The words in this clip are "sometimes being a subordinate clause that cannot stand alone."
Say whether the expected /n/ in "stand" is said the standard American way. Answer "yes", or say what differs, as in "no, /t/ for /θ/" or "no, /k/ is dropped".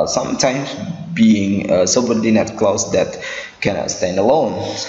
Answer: yes